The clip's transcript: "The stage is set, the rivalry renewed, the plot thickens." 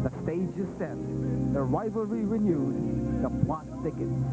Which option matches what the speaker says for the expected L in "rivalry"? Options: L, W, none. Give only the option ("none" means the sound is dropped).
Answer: none